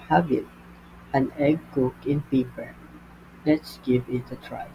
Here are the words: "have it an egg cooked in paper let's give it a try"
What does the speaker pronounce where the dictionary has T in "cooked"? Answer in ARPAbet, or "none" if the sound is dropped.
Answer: none